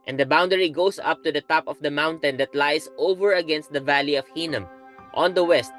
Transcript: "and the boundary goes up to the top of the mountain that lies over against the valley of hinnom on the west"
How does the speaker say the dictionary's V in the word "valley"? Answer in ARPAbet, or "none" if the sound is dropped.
V